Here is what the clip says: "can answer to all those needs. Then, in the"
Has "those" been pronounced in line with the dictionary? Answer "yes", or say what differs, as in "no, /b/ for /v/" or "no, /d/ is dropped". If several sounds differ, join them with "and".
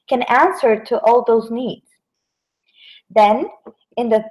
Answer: yes